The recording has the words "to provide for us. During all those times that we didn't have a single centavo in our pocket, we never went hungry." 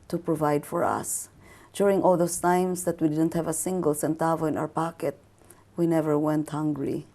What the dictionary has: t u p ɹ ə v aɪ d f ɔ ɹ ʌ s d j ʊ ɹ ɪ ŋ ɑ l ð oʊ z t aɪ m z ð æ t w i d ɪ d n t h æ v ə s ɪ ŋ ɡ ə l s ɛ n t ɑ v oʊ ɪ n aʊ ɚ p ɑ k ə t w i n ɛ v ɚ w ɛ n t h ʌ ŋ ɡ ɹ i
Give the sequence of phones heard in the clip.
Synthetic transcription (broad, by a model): t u p ɹ ə v aɪ d f ɔ ɹ ʌ s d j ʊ ɹ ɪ ŋ ɑ l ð oʊ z t aɪ m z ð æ t w i d ɪ d n t h æ v ə s ɪ ŋ ɡ ə l s ɛ n t ɑ v oʊ ɪ n aʊ ɚ p ɑ k ə t w i n ɛ v ɚ w ɛ n t h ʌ ŋ ɡ ɹ i